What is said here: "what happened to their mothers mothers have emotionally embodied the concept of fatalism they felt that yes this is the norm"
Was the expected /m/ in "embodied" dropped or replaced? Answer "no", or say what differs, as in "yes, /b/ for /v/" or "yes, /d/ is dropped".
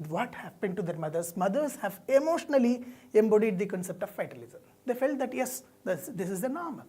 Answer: no